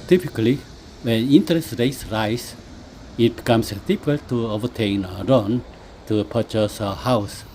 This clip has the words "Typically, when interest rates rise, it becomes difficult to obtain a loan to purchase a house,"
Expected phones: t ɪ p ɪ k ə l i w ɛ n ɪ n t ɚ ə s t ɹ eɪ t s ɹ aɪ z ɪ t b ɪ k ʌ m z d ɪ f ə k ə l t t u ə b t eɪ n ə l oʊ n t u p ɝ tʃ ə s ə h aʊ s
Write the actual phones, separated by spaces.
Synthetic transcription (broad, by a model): t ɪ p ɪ k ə l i w ɛ n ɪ n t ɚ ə s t ɹ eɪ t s ɹ aɪ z ɪ t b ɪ k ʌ m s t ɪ p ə k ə l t t u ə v t eɪ n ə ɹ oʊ n t u p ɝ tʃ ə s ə h aʊ s